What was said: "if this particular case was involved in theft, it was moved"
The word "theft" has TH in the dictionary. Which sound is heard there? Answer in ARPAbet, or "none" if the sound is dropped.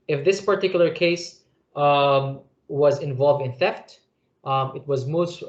TH